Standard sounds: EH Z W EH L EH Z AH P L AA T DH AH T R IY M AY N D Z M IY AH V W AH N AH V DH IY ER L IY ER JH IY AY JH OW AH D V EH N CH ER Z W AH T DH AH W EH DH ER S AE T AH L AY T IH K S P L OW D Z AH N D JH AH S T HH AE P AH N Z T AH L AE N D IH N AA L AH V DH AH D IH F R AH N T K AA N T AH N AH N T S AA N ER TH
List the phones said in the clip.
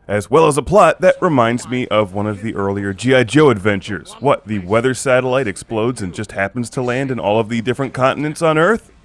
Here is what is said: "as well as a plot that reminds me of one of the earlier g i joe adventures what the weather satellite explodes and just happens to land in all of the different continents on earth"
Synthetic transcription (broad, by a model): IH Z W EH L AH Z AH P L AA T DH AH T R IY M AY N D Z M IY AH V W AH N AH V DH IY ER L IY ER JH IY AY JH OW AH D V EH N CH ER Z W AH T DH AH W EH DH ER S AE T AH L AY T IH K S P L OW D Z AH N JH AH S T HH AE P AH N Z T AH L AE N D IH N AA L AH V DH AH D IH F R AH N K AA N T N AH N T S N ER TH